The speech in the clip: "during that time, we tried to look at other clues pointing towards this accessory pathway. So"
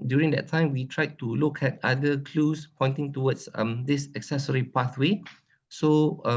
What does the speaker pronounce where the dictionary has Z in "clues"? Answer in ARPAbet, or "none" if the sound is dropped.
S